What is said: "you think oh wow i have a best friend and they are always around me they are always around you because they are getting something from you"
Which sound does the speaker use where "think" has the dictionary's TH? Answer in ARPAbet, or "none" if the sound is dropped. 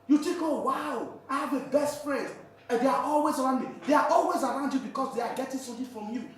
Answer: T